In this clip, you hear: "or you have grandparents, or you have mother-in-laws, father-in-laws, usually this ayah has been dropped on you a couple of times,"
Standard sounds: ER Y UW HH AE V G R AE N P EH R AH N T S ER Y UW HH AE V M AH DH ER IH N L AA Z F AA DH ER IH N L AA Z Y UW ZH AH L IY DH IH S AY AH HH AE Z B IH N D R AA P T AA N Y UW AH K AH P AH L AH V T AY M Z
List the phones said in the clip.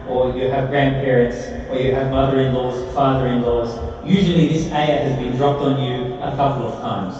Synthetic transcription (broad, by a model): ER Y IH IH V G R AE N P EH R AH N T S ER Y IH V M AH DH ER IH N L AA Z F AA DH ER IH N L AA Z Y UW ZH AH L IY DH IH S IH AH HH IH Z B IH N D R AA P T N Y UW AH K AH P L AH V T AY M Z